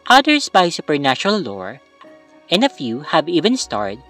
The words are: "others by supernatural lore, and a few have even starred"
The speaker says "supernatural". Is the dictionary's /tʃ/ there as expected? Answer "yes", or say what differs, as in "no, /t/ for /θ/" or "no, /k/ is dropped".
no, /ʃ/ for /tʃ/